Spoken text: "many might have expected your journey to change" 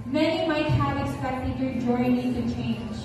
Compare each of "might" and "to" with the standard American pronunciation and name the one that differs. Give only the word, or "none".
to